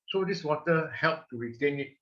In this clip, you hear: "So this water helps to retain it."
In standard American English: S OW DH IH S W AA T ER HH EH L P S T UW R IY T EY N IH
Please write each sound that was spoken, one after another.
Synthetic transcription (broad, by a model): S OW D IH S W AA T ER HH EH L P T UW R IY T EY N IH